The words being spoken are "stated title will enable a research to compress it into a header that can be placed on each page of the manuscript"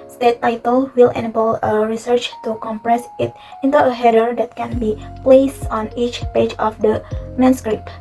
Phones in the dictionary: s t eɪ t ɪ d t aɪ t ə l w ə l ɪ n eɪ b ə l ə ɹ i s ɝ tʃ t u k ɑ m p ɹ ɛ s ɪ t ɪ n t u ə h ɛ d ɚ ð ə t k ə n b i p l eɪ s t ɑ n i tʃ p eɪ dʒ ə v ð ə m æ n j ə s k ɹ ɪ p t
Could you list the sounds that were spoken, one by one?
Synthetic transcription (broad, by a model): s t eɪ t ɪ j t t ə l w ə l ɪ n eɪ b ə l ə ɹ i s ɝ tʃ t u k ɑ m p ɹ ɛ s ɪ t ɪ n t u ə h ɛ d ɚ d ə t k ə n b i p l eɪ s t ɑ n i tʃ p eɪ dʒ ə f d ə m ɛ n s k ɹ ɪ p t